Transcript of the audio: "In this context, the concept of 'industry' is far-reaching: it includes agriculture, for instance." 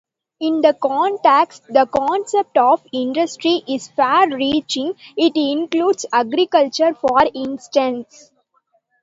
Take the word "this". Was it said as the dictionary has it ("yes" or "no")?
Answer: no